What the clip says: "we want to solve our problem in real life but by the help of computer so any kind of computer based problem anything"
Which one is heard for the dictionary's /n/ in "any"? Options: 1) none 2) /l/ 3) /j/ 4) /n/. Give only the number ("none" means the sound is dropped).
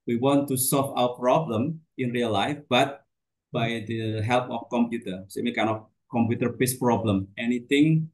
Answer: 2